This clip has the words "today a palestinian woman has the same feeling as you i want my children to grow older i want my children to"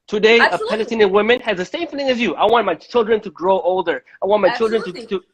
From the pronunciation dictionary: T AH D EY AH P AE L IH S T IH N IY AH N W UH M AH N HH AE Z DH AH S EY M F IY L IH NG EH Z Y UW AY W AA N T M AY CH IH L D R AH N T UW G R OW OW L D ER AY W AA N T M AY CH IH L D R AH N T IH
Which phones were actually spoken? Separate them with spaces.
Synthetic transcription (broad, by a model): T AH D EY AH P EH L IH T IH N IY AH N W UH M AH N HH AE Z DH AH S EY M F IY L IH NG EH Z Y UW AY W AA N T M AY CH IH L D R AH N T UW G R OW OW L D ER AY W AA N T M AY CH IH L D R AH N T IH